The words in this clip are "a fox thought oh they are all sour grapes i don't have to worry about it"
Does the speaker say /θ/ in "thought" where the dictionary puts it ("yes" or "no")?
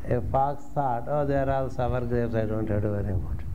no